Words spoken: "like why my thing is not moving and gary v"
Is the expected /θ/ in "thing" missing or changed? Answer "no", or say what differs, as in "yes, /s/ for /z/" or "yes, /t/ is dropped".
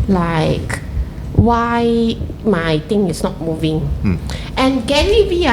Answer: yes, /t/ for /θ/